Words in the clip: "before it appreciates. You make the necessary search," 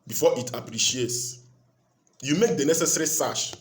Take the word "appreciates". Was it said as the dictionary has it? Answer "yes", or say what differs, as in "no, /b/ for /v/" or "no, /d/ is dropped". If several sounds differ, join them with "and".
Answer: yes